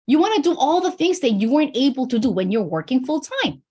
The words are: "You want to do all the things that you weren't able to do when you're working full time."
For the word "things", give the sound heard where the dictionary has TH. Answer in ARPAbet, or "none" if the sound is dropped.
TH